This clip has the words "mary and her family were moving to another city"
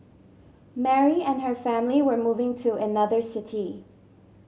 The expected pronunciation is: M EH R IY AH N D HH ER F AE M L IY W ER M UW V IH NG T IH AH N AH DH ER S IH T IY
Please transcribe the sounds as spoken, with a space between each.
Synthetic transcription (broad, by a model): M EH R IY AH N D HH ER F AE M L IY W ER M UW V IH NG T IH AH N AH DH ER S IH T IY